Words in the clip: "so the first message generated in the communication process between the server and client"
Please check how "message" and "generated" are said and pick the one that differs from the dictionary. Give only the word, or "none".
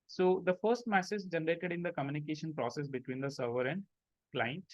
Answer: message